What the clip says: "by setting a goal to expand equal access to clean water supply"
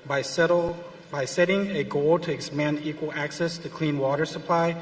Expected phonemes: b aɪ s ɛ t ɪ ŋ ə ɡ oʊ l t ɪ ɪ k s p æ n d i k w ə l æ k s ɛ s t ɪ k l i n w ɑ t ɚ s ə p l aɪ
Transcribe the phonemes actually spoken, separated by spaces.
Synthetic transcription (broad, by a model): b aɪ s ɛ t ɪ ŋ ə ɡ oʊ l t ɪ ɪ k s p æ n d i k w ə l æ k s ɛ s t ɪ k l i n w ɑ t ɚ s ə p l aɪ